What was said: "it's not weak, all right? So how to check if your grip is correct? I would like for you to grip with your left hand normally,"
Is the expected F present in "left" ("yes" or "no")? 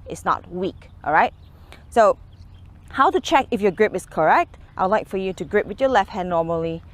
yes